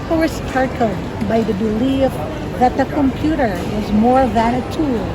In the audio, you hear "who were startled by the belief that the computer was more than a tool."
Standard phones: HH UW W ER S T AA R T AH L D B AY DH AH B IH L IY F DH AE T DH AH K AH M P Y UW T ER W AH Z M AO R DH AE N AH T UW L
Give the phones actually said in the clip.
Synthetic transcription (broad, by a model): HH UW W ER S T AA R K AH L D B AY DH AH B IH L IY F DH AE T DH AH K AH M P Y UW T ER W AH Z M AO R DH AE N AH T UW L